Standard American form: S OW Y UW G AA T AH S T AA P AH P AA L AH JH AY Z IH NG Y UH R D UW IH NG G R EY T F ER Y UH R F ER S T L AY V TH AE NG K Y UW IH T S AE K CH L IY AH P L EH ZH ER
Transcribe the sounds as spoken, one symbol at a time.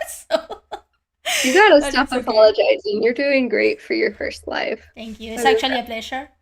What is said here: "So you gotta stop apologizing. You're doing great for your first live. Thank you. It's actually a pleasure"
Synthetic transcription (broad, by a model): S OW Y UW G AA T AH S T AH F AH P AA L AH JH AY Z IH NG Y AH R D UW IH NG G R EY T F ER Y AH R F ER S T L AY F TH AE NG K Y UW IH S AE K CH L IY AH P L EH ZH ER